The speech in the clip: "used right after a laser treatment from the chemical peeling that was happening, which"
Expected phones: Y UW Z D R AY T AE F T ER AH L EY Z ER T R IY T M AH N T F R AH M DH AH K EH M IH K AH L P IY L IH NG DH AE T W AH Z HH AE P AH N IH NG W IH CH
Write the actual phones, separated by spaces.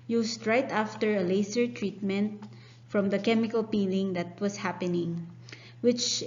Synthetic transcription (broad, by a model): Y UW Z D R AY T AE F T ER AH L EY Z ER T R IY T M AH N T F R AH M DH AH K EH M IH K AH L P IY L IH NG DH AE T W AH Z HH AE P AH N IH NG W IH CH